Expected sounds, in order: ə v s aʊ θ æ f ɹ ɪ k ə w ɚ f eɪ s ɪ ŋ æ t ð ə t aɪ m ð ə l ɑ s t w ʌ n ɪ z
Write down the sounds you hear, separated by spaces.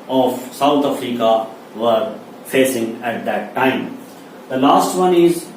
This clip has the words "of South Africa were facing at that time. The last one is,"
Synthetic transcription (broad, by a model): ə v s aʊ t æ f ɹ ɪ k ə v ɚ f eɪ s ɪ ŋ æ t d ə t aɪ m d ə l ɑ s t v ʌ n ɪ z